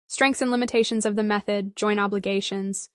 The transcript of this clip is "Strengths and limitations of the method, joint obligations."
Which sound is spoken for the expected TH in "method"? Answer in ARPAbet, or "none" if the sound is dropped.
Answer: TH